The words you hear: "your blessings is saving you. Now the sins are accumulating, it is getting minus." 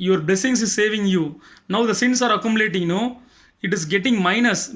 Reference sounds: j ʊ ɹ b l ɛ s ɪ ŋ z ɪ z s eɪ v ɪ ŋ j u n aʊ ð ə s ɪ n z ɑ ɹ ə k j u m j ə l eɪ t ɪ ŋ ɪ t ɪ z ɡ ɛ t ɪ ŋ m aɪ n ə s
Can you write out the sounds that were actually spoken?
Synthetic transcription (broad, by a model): j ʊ ɹ b l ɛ s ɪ ŋ s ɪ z s eɪ v ɪ ŋ j u n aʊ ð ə s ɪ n s ɑ ɹ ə k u m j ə l eɪ t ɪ ŋ ɪ t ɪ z ɡ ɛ t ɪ ŋ m aɪ n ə s